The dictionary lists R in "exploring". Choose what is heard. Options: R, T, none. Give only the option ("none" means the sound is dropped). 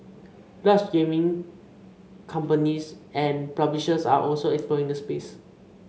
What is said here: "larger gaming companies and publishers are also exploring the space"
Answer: none